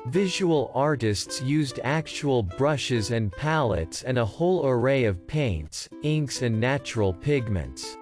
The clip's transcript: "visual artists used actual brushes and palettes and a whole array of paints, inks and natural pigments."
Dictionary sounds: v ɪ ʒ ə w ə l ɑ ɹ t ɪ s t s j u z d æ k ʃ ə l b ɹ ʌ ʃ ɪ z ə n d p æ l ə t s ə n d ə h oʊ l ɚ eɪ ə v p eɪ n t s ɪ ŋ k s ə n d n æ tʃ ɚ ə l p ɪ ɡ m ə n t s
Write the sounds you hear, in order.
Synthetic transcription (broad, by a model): v ɪ ʒ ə w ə l ɑ ɹ t ɪ s t s j u z d æ k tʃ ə l b ɹ ʌ ʃ ɪ z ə n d p æ l ə t s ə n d ə h oʊ l ɚ eɪ ə v p eɪ n t s ɪ ŋ k s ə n n æ tʃ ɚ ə l p ɪ ɡ m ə n t s